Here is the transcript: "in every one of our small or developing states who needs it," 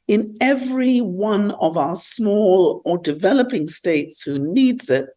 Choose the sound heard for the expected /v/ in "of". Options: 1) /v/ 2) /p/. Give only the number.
1